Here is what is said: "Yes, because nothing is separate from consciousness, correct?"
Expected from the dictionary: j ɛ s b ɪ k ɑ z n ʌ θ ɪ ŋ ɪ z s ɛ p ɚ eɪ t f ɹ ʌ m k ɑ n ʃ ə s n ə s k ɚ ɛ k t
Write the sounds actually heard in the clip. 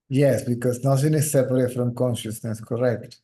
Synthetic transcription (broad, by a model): j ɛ s b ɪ k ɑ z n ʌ s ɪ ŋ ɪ s ɛ p ɚ eɪ t f ɹ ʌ m k ɑ n ʃ ə s n ə s k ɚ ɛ k t